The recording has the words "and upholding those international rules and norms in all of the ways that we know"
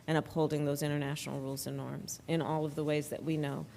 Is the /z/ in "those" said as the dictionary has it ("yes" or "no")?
yes